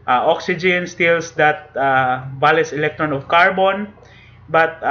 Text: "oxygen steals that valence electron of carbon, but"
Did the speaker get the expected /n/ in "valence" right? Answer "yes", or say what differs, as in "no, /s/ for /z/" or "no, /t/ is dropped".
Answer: no, /n/ is dropped